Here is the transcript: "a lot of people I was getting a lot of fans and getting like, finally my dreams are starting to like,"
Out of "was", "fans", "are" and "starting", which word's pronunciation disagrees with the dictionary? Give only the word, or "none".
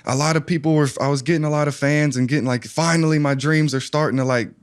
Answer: none